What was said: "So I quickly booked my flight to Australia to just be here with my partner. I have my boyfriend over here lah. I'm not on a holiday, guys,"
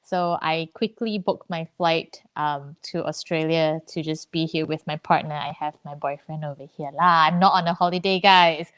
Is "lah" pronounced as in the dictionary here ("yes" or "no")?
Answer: yes